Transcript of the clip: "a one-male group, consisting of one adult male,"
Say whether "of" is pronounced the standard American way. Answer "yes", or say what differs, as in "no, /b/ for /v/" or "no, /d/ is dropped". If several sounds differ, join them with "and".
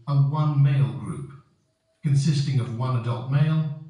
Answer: yes